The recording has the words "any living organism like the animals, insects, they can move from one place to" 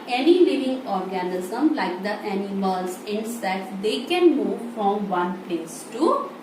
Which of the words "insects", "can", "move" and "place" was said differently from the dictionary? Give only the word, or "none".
insects